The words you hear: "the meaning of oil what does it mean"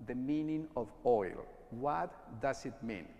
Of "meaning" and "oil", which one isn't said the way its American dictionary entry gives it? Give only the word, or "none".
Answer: none